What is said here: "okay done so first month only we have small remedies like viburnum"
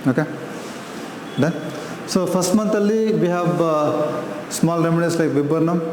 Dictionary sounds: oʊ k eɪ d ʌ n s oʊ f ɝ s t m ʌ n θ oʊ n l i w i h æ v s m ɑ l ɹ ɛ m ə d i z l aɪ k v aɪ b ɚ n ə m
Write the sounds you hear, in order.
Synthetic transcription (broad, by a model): oʊ k eɪ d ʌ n s oʊ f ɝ s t m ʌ n t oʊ l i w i h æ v s m ɑ l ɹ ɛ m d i s l aɪ k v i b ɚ n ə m